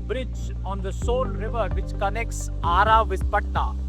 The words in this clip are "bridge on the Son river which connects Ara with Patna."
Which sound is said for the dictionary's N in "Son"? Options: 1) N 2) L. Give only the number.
2